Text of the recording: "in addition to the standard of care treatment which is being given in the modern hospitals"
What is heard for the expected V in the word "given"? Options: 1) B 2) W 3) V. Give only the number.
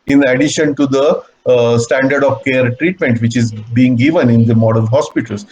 3